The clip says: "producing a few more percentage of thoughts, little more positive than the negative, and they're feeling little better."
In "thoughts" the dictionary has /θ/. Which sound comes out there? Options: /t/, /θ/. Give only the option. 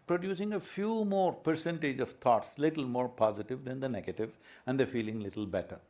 /t/